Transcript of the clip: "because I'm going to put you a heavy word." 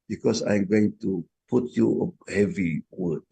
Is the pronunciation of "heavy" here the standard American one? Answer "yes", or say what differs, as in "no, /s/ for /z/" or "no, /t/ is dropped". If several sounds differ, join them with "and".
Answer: yes